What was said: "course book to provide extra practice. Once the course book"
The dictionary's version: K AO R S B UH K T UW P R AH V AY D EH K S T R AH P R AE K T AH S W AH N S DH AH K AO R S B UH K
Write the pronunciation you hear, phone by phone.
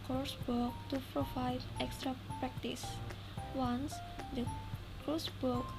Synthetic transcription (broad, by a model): K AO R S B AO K T UW P R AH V AY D EH K S T R AH P R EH K T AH S W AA N S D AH K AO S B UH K